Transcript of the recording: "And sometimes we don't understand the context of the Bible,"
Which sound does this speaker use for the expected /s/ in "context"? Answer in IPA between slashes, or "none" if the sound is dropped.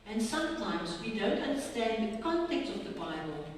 none